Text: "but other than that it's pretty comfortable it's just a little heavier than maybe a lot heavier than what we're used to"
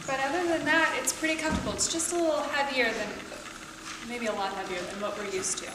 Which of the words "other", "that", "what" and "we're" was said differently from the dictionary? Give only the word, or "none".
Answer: none